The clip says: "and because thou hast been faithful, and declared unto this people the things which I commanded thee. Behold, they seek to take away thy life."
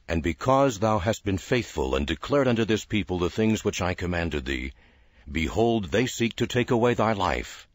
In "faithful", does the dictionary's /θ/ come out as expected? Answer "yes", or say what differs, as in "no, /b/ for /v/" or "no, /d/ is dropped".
yes